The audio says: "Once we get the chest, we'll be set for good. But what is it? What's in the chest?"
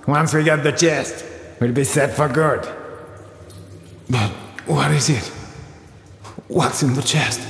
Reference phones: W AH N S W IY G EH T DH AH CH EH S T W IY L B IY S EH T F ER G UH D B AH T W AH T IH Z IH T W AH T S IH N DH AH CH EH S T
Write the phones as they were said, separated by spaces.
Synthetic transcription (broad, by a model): W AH N S W IY G EH T DH AH CH EH S T W IY L B IY S EH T F ER G UH D B AH T W AH T IH Z IH T W AH T S IH N DH AH CH EH S T